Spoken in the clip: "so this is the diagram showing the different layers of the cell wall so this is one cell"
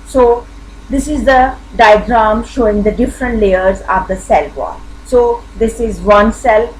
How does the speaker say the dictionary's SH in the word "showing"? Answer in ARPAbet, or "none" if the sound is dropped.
SH